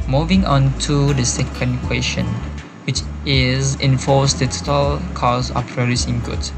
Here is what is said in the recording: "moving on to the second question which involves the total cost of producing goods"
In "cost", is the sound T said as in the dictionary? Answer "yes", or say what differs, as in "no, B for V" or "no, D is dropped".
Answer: no, T is dropped